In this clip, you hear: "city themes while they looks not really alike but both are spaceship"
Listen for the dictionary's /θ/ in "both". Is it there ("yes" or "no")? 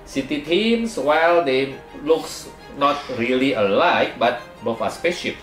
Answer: no